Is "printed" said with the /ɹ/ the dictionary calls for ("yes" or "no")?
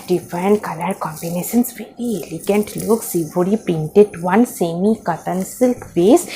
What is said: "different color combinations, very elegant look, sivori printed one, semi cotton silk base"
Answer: no